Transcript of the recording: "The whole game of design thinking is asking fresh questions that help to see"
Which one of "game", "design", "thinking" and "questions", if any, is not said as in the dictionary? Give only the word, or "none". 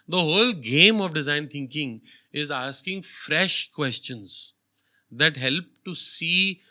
thinking